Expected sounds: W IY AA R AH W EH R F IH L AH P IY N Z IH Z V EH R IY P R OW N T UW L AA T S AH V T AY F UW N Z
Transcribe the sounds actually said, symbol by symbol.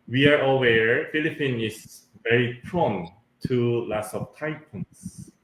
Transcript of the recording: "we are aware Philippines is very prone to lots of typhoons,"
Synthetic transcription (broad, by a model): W IY AA R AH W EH R F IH L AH P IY N IH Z V EH R IY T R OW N T UW L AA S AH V T AY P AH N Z